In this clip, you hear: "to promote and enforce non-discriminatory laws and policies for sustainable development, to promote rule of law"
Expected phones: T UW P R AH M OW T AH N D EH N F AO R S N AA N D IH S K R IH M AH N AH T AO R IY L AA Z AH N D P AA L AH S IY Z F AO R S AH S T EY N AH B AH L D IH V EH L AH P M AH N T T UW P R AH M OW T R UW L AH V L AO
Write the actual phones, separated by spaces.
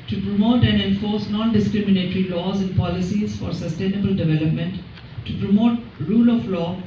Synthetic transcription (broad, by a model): T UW P R AH M OW T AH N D EH N F AO R S N AA N D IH S K R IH M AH N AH T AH R IY L AA Z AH N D P AA L AH S IY Z F AO R S AH S T EY N AH B AH L D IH V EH L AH P M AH N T T UW P R AH M OW T R UW L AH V L AO